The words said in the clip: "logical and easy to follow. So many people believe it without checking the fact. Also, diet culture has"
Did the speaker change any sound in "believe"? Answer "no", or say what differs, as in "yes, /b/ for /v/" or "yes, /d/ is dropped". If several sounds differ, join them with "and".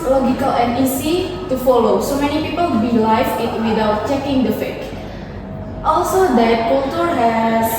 yes, /f/ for /v/